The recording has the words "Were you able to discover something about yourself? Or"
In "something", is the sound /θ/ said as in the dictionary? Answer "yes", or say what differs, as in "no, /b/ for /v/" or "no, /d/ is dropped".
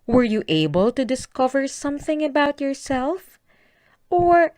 yes